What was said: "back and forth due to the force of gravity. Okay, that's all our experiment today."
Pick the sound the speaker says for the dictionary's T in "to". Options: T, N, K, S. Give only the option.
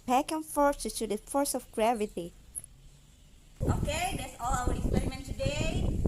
S